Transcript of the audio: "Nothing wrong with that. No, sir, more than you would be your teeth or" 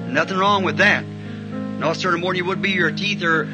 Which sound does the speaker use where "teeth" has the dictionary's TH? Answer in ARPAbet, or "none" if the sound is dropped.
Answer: TH